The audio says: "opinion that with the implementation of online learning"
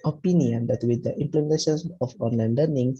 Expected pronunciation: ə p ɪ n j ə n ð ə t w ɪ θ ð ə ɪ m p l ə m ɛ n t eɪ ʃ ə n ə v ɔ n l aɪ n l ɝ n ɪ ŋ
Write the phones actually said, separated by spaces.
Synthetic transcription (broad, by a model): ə p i n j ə n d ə t w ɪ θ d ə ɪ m p l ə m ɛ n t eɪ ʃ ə n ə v ɔ n l aɪ n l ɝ n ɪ ŋ